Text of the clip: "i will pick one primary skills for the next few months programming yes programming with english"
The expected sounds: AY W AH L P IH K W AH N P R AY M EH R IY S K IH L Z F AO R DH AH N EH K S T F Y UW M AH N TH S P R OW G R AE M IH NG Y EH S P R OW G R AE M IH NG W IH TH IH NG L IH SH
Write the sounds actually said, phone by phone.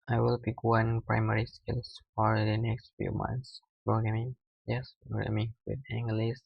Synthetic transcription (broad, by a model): AY W AH L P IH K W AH N P R AY M EH R IY S K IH L S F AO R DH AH N EH K S T F Y UW M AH N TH S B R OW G EH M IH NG Y EH S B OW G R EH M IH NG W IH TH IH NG L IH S